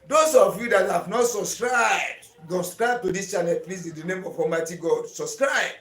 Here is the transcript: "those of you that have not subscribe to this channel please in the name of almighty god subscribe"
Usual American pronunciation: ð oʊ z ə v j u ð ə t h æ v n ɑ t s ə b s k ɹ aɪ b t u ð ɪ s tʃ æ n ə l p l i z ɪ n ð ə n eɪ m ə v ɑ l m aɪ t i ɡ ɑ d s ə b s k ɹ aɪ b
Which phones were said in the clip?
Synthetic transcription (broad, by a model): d oʊ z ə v j u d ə t h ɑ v n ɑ t s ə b s k ɹ aɪ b t u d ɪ s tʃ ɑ n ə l p l i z ɪ n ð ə n eɪ m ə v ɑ m aɪ t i ɡ ɑ d s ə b s k ɹ aɪ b